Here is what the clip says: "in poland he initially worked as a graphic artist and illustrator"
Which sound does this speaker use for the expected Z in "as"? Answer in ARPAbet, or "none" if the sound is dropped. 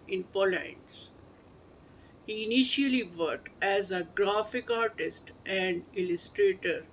Z